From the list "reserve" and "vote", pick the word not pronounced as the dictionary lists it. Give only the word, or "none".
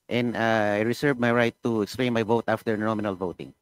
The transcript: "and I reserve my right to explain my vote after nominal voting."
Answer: reserve